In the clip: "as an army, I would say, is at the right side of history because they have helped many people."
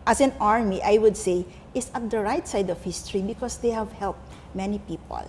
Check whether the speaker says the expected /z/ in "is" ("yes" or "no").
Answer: no